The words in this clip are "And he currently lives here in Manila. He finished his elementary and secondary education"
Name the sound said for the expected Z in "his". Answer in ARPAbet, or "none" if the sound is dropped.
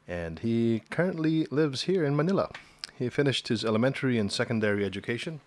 Z